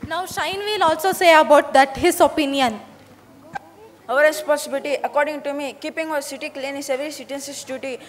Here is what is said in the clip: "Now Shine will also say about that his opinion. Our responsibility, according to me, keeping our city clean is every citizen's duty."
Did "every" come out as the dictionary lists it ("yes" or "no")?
no